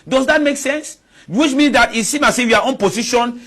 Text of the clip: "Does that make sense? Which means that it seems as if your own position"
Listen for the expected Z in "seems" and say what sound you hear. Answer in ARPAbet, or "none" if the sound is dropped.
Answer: none